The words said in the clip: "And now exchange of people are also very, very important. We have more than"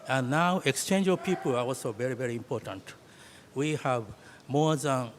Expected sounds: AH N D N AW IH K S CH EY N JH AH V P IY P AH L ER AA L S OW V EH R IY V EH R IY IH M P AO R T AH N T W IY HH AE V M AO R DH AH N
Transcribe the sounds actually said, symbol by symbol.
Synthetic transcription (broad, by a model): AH N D N AW IH K S CH EY N JH AH V P IY P AH L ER AA L S OW V EH R IY V EH R IY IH M P AO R T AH N T W IY HH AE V M AO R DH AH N